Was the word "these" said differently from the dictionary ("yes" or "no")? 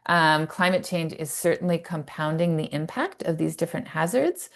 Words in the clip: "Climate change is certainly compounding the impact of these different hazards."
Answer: no